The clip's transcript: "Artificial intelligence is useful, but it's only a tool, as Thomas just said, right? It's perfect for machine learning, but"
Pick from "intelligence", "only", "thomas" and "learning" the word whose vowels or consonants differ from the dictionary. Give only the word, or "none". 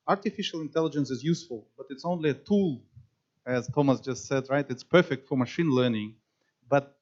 none